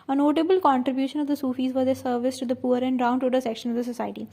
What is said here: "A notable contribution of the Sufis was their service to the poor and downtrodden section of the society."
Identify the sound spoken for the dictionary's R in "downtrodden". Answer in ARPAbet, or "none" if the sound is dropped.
none